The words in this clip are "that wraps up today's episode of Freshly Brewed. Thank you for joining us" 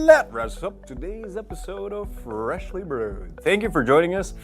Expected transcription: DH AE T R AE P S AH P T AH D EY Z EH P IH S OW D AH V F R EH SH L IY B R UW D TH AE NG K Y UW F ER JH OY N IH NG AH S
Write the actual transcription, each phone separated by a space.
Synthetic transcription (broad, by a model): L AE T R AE S AH P T AH D EY Z EH P IH S OW D AH V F R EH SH L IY B R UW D TH AE NG K Y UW F ER JH OY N IH NG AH S